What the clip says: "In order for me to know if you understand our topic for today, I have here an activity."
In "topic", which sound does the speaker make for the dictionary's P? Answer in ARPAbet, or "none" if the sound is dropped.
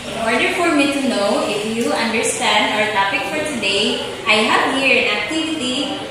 P